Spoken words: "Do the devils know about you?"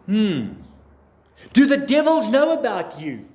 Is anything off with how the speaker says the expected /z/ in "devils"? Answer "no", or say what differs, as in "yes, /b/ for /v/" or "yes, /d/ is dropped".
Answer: no